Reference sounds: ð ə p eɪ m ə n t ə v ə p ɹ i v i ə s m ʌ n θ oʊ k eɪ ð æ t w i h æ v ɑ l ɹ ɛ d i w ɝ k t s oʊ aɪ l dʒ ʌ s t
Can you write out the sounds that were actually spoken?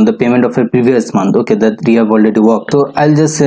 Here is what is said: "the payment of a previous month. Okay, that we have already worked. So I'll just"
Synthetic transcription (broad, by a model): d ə p eɪ m ə n t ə f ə p ɹ i v i ə s m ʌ n t oʊ k eɪ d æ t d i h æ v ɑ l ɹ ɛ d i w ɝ k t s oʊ aɪ l dʒ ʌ s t